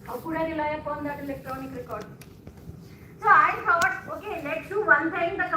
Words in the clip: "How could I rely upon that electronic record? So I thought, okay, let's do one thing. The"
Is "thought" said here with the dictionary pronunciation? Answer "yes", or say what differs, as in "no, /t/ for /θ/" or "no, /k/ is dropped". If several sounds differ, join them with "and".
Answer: no, /t/ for /θ/